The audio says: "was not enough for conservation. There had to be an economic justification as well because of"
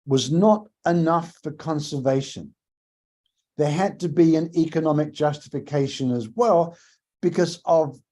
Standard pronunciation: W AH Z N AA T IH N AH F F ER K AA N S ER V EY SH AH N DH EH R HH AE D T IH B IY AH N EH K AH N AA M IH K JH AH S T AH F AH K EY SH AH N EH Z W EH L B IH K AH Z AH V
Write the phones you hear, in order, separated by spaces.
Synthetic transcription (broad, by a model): W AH Z N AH T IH N AH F F ER K AA N S ER V EY SH AH N DH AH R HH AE D T IH B IY AH N EH K AH N AA M IH K JH AH S T AH F AH K EY SH AH N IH Z W EH L B IH K AH Z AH V